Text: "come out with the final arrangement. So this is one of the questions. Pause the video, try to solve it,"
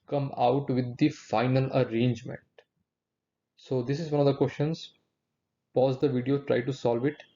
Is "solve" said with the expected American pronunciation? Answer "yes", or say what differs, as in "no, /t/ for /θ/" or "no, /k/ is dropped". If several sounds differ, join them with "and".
yes